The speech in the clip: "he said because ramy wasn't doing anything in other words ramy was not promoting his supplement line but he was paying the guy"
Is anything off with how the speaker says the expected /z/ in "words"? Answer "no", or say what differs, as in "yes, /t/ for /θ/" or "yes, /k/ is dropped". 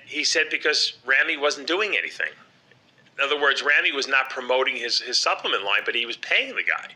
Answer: no